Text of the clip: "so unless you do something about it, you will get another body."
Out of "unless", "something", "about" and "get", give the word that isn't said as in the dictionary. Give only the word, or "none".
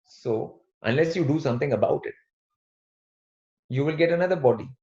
something